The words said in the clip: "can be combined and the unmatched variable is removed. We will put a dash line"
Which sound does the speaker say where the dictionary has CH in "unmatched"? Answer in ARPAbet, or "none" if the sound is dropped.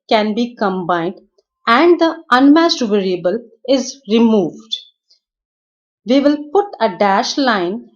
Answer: S